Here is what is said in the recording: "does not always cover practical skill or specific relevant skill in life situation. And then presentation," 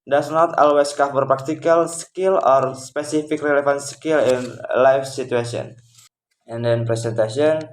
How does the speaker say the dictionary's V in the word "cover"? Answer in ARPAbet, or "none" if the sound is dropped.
F